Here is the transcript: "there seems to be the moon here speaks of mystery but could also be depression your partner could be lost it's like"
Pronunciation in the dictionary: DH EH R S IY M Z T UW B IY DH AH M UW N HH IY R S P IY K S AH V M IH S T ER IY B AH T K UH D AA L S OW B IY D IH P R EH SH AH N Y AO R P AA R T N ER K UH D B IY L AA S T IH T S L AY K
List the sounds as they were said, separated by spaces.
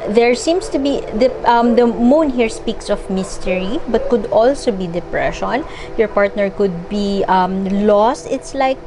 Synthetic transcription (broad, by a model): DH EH R S IY M S T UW B IY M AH M UW N HH IY R S P IY K S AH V M IH S T ER IY B AH T K UH D AA L S OW B IY D IH P R EH SH AH N Y AO R P AA R T N ER K UH D B IY L AA S T IH T S L AY K